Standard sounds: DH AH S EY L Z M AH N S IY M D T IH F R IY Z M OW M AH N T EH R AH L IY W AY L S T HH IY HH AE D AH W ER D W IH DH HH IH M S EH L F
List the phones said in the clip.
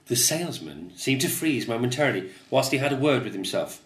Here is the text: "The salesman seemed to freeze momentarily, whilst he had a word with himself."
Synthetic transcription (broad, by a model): DH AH S EY L Z M AH N S IY M T IH F R IY Z M OW M AH N T EH R AH L IY W AY L S T HH IY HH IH D AH W ER D W IH DH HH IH M S EH L F